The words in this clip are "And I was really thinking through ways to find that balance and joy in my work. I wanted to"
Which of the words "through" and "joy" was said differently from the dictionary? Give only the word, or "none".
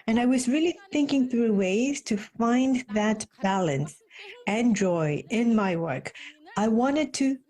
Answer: none